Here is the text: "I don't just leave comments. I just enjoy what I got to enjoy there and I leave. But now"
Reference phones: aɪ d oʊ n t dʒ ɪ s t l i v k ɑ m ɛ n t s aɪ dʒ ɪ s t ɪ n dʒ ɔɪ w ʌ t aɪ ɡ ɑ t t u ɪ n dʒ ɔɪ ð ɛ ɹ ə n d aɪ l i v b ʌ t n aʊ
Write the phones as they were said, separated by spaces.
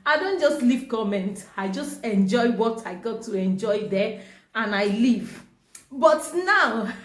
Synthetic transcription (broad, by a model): aɪ d oʊ n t dʒ ɪ s t l i v k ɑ m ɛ n t aɪ dʒ ɪ s t ɪ n dʒ ɔɪ w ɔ t aɪ ɡ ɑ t t u ɪ n dʒ ɔɪ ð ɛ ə n aɪ l i v b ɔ t n aʊ